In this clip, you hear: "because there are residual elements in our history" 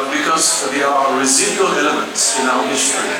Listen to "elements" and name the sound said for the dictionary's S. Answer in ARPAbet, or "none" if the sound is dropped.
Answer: S